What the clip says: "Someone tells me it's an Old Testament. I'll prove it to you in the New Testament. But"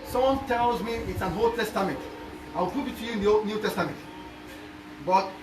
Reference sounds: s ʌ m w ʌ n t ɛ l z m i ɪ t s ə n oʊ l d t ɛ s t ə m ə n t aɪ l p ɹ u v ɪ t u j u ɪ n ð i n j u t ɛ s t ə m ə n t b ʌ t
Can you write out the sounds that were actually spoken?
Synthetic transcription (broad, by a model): s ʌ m w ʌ n t ɛ l z m i ɪ t s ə n oʊ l t ɛ s t ə m ə n t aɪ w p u b ɪ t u j u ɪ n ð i n j u t ɛ s t ə m ə n t b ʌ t